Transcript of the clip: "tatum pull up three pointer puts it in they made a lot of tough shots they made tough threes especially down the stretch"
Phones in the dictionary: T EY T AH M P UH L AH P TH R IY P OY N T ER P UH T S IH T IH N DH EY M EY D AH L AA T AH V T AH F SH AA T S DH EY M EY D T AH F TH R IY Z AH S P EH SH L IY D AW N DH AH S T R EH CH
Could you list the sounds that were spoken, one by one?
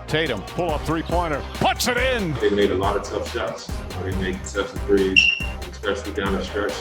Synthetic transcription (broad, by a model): T EY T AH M P UH L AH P TH R IY P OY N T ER P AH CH IH T IH N DH EY M EY D AH L AA T AH V T AH F S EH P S DH EY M EY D S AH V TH R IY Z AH S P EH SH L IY D AW N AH S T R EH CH